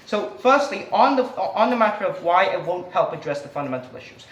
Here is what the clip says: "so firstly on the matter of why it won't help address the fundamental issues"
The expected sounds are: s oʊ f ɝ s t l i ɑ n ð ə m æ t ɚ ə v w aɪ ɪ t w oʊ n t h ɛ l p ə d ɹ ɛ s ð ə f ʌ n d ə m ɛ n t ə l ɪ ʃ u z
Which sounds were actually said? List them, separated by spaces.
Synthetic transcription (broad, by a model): s oʊ f ɝ s t l i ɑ n ð ə m æ t ɚ ə v w aɪ ɪ t w oʊ n t h ɛ l p ə d ɹ ɛ s ð ə f ʌ n d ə m ɛ n t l ɪ ʃ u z